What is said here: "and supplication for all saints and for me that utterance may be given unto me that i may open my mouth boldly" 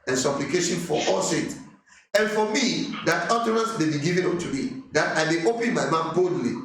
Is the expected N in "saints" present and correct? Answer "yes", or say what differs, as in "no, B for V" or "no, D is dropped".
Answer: no, N is dropped